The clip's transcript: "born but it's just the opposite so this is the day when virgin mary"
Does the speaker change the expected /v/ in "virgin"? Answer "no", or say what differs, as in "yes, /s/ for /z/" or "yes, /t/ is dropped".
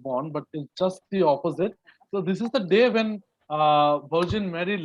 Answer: yes, /b/ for /v/